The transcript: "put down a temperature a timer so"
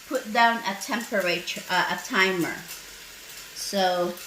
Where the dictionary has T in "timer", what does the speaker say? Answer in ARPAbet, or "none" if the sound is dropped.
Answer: T